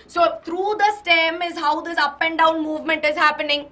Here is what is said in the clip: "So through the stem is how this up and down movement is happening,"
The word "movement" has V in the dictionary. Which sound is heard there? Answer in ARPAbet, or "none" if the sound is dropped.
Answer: V